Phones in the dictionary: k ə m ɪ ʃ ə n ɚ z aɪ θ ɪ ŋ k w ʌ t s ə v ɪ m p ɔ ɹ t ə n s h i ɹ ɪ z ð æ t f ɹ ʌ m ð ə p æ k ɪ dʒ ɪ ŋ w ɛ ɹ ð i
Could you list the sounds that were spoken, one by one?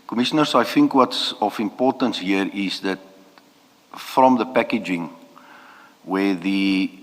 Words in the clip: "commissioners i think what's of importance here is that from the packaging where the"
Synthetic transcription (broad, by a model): k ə m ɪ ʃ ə n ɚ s aɪ θ ɪ ŋ k w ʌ t s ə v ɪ m p ɔ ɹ t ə n s h i ɹ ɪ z ð æ t f ɹ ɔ m ð ə p æ k ɪ dʒ ɪ ŋ w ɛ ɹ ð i